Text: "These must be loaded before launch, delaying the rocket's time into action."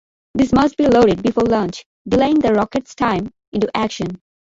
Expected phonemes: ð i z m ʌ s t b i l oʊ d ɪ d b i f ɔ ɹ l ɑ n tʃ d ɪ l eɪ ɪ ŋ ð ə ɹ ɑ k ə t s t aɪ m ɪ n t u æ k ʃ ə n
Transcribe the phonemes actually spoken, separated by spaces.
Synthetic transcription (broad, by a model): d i s m ʌ s t b i l oʊ d ɪ d b i f ɔ ɹ l ɑ n tʃ d ɪ l eɪ ɪ ŋ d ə ɹ ɑ k ə t s t aɪ m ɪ n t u æ k ʃ ə n